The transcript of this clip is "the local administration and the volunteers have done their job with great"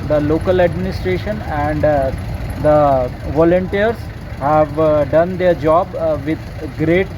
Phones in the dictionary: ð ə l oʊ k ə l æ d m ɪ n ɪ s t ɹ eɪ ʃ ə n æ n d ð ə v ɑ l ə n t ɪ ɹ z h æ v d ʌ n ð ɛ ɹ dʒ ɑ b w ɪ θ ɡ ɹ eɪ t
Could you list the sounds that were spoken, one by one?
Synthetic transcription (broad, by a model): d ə l oʊ k ə l æ d m ɪ n ɪ s t ɹ eɪ ʃ ə n æ n d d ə v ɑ l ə n t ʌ ɹ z h æ v d ʌ n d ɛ ɹ dʒ ɑ b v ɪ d ɡ ɹ eɪ t